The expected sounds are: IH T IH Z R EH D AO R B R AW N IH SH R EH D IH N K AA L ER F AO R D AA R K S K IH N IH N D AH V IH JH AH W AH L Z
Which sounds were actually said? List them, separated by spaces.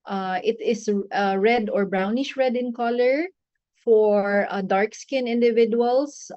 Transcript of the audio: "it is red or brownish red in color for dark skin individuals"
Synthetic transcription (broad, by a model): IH T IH S R EH D AO R B R AW N IH SH R EH D IH N K AA L ER F AO R D AA R K S K IH N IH N D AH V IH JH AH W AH L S